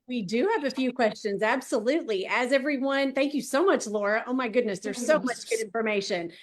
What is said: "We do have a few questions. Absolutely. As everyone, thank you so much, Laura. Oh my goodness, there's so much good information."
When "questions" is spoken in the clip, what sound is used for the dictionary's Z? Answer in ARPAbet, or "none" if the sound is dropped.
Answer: Z